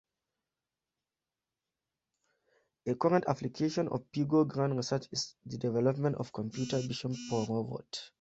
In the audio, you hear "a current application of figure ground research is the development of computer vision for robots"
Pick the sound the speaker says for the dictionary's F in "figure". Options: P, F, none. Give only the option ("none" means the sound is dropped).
P